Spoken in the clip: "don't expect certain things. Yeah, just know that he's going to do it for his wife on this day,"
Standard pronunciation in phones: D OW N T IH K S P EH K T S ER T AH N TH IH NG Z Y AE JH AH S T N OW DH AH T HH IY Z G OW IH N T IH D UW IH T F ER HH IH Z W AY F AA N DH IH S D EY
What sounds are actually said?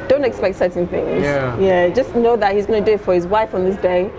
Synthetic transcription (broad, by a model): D OW N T IH K S P EH K T S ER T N TH IH NG Z Y AE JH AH S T N OW DH AH T HH IY Z G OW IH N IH D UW IH T F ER HH IH Z W AY F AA N DH IH S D EY